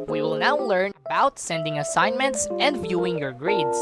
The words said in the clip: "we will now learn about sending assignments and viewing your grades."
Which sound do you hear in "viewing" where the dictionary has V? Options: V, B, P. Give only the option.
V